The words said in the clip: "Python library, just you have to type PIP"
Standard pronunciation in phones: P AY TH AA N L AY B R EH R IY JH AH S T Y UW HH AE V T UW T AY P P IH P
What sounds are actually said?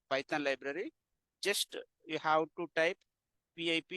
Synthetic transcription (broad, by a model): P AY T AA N L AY B R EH R IY JH AH S T Y UW HH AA W T UW T AY P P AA P